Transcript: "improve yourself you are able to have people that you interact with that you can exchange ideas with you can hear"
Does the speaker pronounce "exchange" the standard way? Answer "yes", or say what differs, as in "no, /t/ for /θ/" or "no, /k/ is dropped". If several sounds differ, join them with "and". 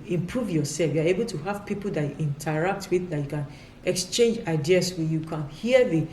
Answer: yes